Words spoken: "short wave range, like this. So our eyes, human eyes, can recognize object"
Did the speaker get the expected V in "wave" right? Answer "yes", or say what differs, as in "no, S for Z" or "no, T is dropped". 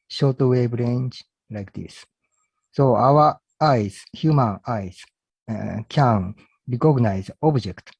no, B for V